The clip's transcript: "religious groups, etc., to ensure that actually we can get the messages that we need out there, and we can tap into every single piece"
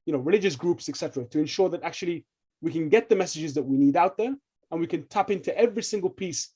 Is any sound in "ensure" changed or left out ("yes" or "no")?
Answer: no